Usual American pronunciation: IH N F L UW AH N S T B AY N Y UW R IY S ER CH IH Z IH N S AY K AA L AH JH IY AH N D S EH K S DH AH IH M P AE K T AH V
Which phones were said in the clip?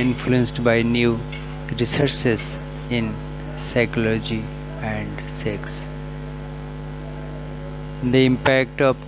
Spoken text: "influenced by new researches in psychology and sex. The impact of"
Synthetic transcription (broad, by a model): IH N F L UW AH N S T B AY N Y UW R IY S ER S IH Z IH N S AY K AA L AH JH IY AH N D S EH K S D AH IH M P AE K T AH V